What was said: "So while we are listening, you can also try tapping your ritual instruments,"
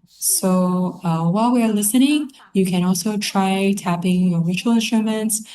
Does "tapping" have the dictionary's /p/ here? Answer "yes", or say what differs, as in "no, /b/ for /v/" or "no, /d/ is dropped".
yes